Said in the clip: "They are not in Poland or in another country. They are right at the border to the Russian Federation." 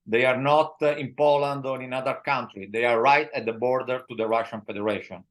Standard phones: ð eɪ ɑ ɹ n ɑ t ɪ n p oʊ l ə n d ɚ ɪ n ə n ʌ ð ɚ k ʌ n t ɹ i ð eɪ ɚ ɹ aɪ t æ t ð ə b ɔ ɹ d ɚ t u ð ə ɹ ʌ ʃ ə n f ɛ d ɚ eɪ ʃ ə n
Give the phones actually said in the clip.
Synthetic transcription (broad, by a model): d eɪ ɑ ɹ n ɑ t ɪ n p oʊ l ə n d ɪ n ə n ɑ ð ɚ k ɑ n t ɹ i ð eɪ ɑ ɹ aɪ t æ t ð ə b ɔ ɹ d ɚ t u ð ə ɹ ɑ ʃ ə n f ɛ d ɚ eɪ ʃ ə n